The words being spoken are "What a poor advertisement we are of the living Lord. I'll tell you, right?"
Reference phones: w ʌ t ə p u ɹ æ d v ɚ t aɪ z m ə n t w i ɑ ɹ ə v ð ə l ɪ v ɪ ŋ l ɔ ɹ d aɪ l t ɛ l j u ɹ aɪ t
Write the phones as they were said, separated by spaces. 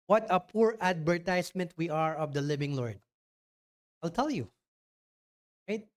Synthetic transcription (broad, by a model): w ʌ t ə p u ɹ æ d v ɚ t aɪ s m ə n t w i ɑ ɹ ə v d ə l ɪ v ɪ ŋ l ɔ ɹ d aɪ l t ɛ l j u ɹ aɪ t